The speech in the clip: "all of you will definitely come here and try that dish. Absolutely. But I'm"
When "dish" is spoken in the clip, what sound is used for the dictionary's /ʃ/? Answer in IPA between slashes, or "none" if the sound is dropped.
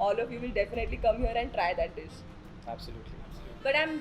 /s/